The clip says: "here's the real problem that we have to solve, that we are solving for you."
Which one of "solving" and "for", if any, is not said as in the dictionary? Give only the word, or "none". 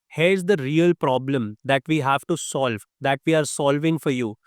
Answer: none